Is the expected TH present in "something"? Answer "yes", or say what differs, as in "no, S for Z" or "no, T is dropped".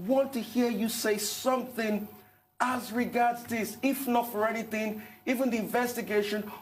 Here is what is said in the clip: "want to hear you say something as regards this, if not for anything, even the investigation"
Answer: yes